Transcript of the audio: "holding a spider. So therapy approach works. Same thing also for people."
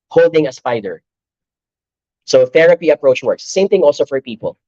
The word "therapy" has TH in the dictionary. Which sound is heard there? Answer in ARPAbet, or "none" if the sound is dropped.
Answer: TH